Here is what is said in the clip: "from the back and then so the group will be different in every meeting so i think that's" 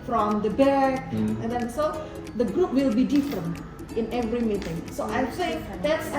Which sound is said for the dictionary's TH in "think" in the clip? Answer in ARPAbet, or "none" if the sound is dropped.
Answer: S